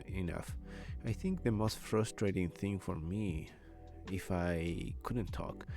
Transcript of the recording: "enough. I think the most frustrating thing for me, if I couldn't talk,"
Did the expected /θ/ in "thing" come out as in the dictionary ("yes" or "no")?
yes